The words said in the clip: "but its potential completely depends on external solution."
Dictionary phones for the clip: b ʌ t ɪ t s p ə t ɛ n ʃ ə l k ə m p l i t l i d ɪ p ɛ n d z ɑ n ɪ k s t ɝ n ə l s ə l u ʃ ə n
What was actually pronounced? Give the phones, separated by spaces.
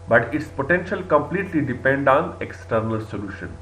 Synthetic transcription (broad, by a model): b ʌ t ɪ t s p ə t ɛ n ʃ ə l k ə m p l i t l i d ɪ p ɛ n d ɑ n ɪ k s t ɝ n ə l s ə l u ʃ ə n